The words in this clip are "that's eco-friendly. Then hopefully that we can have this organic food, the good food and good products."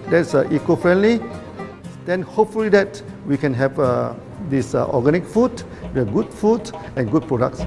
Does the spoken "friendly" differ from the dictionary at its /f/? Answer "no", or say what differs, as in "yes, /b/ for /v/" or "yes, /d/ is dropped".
no